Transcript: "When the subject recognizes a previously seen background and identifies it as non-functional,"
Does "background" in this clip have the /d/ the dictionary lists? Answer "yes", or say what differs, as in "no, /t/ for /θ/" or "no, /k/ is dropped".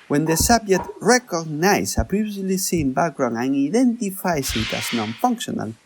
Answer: no, /d/ is dropped